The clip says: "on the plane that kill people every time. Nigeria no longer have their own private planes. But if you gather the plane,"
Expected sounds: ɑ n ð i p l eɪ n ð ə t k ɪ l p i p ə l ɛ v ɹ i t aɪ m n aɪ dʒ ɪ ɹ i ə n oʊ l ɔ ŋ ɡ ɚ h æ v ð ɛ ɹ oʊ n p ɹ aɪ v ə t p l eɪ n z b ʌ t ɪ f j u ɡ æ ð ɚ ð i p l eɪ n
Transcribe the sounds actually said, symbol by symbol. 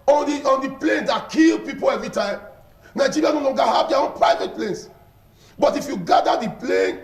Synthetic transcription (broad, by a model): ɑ n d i p l eɪ n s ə t k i l p i p ə l ɛ v ɹ i t aɪ m n aɪ dʒ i ɹ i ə n oʊ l ɔ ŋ ɡ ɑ h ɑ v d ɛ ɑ oʊ n p ɹ aɪ v ə t p l eɪ n s b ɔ t ɪ f j u ɡ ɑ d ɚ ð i p l eɪ n